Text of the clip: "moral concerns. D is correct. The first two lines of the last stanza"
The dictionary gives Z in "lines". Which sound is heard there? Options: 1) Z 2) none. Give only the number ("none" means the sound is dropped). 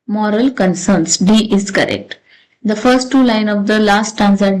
2